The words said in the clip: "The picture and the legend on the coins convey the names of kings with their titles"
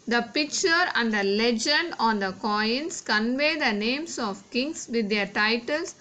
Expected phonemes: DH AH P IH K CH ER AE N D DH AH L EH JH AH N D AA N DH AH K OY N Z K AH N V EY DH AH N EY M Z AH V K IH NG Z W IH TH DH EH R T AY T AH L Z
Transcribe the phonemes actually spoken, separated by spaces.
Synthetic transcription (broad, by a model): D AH P IH K CH ER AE N D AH L EH JH AH N D AA N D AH K OY N S K AH N V EY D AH N EY M S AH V K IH NG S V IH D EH R T AY T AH L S